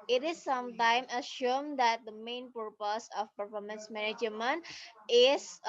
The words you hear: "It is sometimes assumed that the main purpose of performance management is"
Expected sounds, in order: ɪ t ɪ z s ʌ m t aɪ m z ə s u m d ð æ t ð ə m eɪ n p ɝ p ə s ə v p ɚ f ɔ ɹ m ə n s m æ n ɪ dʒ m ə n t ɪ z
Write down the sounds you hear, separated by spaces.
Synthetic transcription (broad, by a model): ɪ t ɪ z s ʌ m t aɪ m ə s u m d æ t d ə m eɪ n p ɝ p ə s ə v p ɚ f ɔ ɹ m ə n s m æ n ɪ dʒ m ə n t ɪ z